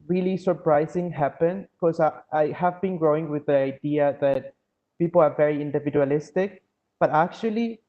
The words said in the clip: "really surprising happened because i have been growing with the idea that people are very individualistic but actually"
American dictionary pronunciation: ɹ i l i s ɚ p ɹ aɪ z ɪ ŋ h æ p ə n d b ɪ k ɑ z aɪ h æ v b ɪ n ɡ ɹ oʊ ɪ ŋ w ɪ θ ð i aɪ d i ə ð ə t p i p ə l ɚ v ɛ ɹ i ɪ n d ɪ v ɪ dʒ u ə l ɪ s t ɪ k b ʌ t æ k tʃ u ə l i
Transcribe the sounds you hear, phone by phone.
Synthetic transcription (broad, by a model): ɹ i l i s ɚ p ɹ aɪ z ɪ ŋ h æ p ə n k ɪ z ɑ aɪ h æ v b ɪ n ɡ ɹ oʊ ɪ ŋ w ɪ ð i aɪ d i ə ð ə t p i p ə l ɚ v ɛ ɹ i ɪ n d ɪ v ɪ dʒ u ə l ɪ s t ɪ k b ʌ t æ k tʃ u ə l i